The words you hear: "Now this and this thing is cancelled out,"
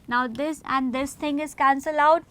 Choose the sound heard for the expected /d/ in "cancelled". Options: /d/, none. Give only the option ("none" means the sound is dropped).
none